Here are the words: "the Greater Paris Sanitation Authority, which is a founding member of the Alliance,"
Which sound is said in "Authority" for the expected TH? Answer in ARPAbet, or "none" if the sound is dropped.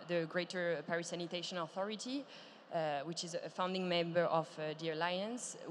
TH